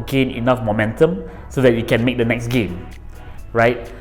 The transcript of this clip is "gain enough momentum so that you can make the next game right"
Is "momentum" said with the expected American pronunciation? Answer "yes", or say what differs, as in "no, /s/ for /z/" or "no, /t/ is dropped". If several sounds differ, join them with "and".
yes